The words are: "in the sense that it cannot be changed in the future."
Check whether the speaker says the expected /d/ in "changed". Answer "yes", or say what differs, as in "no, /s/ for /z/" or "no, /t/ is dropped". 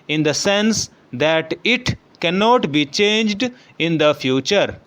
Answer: yes